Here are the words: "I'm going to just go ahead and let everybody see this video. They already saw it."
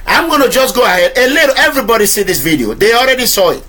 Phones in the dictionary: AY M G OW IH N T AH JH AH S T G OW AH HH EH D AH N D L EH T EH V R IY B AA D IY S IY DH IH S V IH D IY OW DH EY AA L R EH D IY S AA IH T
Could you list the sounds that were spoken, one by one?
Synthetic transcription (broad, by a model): AY M G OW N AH JH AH S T G OW AH HH EH D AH L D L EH EH V R IY B AA D IY S IY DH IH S V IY D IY OW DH EY AA L R EH D IY S AA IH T